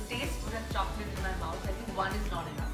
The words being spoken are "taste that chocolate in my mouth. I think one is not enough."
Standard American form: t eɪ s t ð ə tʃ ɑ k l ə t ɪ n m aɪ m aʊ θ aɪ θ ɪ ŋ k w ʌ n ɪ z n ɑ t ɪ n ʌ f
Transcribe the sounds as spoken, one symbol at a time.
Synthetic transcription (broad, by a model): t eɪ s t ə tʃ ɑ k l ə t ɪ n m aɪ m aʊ s aɪ t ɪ ŋ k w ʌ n ɪ z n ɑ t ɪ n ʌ